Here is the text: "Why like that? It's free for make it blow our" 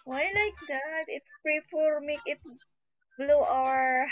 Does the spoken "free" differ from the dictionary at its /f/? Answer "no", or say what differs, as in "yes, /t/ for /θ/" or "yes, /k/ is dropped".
yes, /p/ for /f/